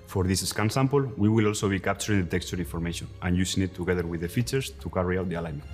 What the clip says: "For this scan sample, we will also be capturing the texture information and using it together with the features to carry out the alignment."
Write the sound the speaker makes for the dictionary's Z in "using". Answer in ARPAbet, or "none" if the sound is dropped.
S